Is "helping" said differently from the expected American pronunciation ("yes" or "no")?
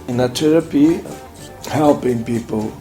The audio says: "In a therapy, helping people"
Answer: no